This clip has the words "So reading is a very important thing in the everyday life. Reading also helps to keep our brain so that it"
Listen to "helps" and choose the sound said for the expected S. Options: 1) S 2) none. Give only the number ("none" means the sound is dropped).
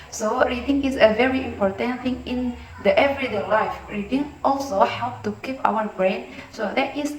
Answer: 2